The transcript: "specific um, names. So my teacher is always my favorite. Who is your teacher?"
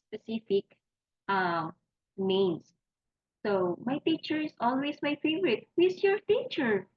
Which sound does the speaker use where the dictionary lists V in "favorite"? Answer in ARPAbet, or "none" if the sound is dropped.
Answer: V